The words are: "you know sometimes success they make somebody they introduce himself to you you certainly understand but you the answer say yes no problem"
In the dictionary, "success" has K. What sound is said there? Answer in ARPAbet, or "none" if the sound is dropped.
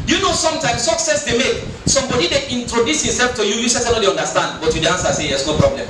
K